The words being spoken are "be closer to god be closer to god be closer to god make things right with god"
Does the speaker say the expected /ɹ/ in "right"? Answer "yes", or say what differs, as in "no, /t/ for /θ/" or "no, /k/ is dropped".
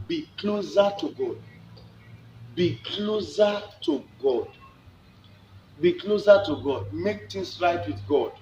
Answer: yes